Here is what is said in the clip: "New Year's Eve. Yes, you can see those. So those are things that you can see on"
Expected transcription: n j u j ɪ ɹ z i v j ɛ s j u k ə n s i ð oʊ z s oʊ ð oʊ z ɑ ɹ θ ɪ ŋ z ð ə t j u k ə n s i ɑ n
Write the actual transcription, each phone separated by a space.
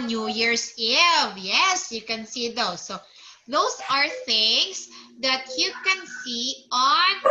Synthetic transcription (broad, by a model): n j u j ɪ ɹ s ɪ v j ɛ s j u k ə n s i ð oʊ s oʊ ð oʊ s ɑ ɹ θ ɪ ŋ s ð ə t j u k ə n s i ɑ n